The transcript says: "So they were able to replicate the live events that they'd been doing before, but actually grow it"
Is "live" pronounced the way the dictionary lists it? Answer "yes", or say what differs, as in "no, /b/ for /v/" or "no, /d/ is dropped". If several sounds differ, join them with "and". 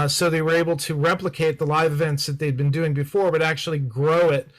yes